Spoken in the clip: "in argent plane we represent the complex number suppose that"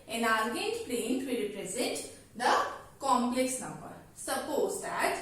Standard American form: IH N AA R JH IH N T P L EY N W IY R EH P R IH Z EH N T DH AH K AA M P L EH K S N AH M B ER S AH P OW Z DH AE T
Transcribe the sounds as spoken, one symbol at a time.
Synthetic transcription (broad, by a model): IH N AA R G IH T P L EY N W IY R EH P R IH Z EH N T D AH K AA M P L EH K S N AH M B ER S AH P OW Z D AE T